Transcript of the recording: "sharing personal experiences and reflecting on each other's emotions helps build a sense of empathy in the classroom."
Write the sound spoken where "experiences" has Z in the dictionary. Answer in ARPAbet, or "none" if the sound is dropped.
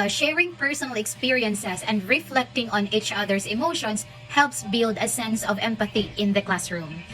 S